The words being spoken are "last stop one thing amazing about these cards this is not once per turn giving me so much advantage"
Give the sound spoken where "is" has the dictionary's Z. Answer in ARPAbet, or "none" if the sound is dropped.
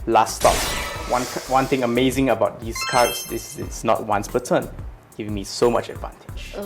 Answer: S